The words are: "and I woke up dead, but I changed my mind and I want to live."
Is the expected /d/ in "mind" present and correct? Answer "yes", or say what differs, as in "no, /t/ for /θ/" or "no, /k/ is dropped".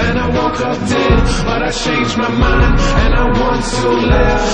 no, /d/ is dropped